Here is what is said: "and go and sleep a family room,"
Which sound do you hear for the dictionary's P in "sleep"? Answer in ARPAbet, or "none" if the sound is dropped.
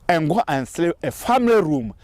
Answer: none